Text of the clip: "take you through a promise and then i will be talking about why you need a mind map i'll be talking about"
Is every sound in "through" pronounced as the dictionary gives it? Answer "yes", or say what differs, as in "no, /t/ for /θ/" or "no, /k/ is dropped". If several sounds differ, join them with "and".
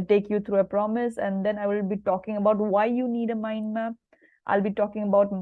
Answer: no, /t/ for /θ/